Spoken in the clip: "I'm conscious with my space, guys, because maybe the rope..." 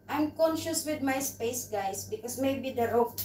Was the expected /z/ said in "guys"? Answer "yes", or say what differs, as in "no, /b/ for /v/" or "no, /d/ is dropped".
no, /s/ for /z/